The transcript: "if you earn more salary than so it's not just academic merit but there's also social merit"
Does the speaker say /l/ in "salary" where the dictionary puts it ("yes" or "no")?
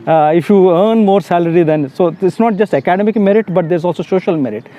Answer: yes